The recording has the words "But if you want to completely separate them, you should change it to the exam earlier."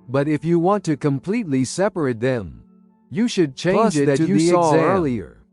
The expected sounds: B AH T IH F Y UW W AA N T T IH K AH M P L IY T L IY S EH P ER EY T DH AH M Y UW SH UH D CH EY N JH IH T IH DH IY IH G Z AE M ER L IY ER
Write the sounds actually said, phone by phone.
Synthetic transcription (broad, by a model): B AH T IH F Y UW W AA N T T IH K AH M P L IY T L IY S EH P ER EY T DH AH M Y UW SH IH D CH EY N JH IH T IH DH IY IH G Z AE ER L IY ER